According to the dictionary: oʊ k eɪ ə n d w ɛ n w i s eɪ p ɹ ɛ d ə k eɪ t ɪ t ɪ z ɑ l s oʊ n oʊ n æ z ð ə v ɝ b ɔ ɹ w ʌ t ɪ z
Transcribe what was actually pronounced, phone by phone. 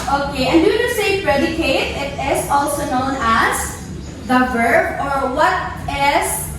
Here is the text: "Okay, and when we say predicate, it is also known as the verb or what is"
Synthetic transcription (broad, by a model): oʊ k eɪ ə n d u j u s eɪ p ɹ ɛ d ə k eɪ t ɪ t ɪ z ɑ l s oʊ n oʊ n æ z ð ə v ɝ b ɔ ɹ w ʌ t ɪ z